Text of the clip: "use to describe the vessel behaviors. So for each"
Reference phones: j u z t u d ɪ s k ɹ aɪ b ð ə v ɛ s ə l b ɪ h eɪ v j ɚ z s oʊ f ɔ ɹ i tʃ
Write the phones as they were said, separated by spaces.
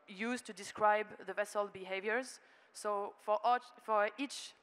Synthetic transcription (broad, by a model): j u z t u d ɪ s k ɹ aɪ b ð ə v ɛ s ə l b ɪ h eɪ v j ɚ z s oʊ f ɔ ɹ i tʃ